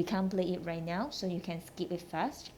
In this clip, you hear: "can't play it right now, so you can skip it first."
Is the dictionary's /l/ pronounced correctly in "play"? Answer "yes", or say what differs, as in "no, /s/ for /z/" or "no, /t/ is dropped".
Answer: yes